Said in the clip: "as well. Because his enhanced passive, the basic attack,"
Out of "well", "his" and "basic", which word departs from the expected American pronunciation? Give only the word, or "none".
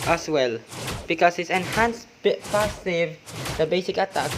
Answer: his